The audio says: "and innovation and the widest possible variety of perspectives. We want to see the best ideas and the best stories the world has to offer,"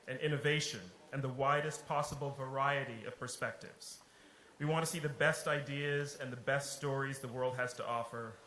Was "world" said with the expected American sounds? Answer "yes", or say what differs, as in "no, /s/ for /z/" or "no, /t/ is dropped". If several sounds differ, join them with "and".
yes